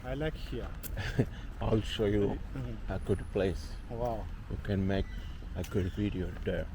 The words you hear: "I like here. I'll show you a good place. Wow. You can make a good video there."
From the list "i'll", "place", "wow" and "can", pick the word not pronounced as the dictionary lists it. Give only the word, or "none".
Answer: none